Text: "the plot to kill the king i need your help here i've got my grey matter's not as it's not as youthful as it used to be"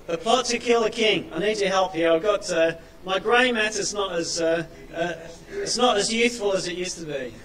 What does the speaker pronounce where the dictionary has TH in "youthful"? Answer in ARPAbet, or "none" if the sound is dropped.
S